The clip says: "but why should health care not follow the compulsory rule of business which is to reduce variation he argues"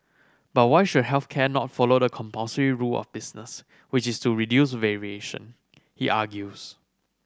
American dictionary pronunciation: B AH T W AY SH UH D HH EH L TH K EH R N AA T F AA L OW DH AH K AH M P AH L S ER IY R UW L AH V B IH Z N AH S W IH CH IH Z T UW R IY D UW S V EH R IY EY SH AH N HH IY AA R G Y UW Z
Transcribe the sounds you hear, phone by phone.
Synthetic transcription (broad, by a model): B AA T W AY SH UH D HH EH L TH K EH N AA T F AA L OW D AH K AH M P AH S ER IY R UW L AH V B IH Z N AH S W IH CH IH S T UW R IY D UW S V EH R IY EY SH AH N HH IY AA G Y UW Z